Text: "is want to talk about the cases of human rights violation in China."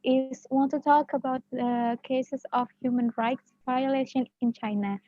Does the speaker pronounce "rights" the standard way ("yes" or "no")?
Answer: yes